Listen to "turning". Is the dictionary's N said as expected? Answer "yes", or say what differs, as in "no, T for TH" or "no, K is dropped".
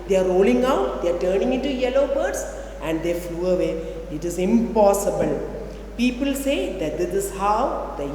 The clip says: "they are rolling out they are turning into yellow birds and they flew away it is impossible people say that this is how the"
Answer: yes